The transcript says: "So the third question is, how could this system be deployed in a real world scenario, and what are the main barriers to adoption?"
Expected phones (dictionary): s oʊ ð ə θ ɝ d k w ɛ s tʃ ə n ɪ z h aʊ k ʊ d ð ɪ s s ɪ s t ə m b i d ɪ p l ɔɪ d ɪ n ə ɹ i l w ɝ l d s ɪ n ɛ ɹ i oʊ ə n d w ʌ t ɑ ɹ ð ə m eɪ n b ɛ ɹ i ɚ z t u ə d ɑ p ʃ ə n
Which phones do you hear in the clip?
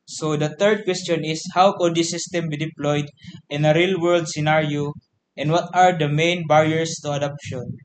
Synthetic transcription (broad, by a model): s oʊ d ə t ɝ d k w ɛ s tʃ ə n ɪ s h aʊ k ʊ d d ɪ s s ɪ s t ə m b i d ɪ p l ɔɪ d ɪ n ə ɹ i l w ɝ l d s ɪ n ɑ ɹ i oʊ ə n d w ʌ t ɑ ɹ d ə m eɪ n b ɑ ɹ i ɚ s t u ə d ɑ p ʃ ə n